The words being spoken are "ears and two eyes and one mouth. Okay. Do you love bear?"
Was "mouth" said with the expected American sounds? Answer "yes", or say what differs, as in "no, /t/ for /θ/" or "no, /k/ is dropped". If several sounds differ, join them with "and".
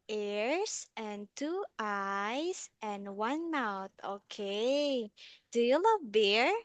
no, /t/ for /θ/